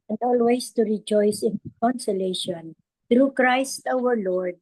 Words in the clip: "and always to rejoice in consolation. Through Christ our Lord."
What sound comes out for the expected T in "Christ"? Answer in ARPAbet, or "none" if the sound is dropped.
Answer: T